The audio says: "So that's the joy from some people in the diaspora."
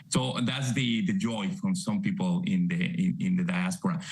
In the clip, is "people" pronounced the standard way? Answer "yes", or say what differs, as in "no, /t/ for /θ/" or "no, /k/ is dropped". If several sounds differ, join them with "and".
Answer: no, /n/ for /l/